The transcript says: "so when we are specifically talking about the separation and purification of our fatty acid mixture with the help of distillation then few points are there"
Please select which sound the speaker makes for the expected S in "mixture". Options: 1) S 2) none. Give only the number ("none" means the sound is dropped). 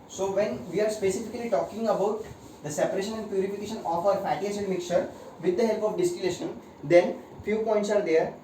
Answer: 2